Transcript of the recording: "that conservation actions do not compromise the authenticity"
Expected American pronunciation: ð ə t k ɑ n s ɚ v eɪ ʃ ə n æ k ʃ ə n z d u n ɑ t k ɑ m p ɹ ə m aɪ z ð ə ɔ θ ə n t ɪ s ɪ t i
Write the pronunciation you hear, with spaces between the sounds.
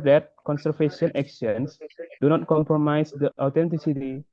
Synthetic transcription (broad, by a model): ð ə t k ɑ n s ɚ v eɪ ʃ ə n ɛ k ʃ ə n s d u n ɑ t k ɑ m p ɹ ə m aɪ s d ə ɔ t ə n t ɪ s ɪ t i